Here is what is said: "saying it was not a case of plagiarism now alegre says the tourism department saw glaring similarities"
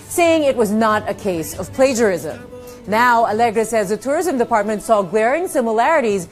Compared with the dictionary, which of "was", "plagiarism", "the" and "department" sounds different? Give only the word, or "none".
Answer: none